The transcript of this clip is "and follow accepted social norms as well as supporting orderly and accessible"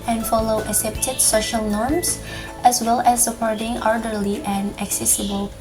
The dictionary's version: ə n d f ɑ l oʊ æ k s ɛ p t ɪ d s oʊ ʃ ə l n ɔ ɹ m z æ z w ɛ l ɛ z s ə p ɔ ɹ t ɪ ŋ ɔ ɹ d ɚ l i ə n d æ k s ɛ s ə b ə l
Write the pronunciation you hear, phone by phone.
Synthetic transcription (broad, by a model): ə n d f ɑ l oʊ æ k s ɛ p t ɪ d s oʊ ʃ ə l n ɔ ɹ m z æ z w ɛ l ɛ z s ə p ɔ ɹ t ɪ ŋ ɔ ɹ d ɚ l i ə n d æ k s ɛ s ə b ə l